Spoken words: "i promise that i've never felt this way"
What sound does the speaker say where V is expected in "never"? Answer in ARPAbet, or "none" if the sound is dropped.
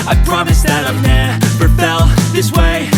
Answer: P